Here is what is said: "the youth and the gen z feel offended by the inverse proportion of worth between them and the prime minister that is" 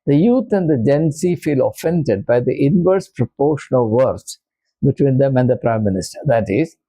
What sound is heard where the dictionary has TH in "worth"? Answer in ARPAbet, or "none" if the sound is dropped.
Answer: S